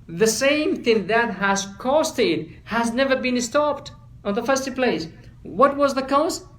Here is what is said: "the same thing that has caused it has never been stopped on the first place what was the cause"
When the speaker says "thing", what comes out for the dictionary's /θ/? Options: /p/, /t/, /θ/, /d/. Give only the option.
/θ/